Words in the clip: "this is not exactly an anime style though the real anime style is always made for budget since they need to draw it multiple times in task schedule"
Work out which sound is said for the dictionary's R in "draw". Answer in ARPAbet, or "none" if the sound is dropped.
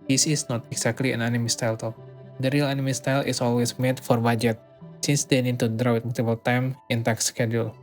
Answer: R